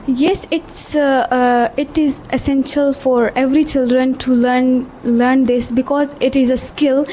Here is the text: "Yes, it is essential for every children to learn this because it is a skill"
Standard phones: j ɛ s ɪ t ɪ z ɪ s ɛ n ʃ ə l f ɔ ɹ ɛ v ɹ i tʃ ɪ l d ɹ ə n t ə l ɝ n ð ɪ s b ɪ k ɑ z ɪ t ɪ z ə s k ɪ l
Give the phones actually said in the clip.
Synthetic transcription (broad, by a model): j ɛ s ɪ t ɪ z ɪ s ɛ n ʃ ə l f ɔ ɹ ɛ v ɹ i tʃ ɪ l d ɹ ə n t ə l ɝ n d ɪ s b ɪ k ɑ z ɪ t ɪ z ə s k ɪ l